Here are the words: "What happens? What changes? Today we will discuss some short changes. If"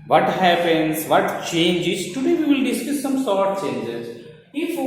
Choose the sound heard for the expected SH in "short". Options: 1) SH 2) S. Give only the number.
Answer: 2